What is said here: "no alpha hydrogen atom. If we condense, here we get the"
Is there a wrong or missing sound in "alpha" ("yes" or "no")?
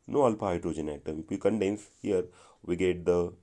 yes